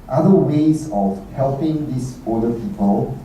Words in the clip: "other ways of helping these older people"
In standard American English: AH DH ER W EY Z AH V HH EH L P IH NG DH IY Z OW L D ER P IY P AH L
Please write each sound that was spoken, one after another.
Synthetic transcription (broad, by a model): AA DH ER W EY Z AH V HH EH L P IH NG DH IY S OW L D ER P IY P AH L